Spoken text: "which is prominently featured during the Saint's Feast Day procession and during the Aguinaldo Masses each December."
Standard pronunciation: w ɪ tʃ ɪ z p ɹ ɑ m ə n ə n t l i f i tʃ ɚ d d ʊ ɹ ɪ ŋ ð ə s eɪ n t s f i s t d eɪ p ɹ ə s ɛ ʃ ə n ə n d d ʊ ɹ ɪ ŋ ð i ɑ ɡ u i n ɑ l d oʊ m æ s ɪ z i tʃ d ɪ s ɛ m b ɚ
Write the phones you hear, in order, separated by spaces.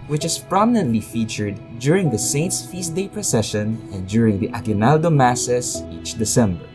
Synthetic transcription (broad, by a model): w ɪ tʃ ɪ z p ɹ ɑ m ə n ə n t l i f i tʃ ɚ d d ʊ ɹ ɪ ŋ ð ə s eɪ n t s f i s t d eɪ p ɹ ə s ɛ ʃ ə n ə n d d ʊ ɹ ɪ ŋ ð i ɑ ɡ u n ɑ l d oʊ m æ s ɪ s i tʃ d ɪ s ɛ m b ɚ